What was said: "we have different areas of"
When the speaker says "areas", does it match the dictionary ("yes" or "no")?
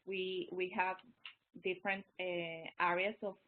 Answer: no